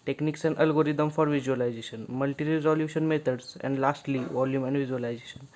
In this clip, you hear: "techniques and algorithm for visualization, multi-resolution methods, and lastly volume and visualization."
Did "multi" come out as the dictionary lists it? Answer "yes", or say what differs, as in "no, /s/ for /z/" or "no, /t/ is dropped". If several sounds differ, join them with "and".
yes